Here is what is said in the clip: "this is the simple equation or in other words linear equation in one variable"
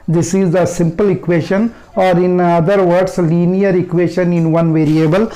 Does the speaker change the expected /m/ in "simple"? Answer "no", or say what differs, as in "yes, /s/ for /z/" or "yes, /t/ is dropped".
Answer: no